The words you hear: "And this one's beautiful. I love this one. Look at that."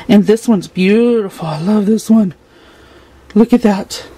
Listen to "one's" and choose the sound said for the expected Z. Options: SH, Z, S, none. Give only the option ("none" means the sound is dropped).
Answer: Z